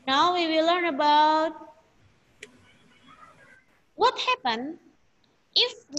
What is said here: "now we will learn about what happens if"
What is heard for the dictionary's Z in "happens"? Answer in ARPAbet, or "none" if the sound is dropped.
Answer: none